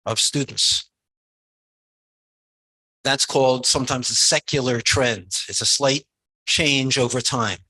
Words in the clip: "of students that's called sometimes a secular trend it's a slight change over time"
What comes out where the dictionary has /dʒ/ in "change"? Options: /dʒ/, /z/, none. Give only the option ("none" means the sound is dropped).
/dʒ/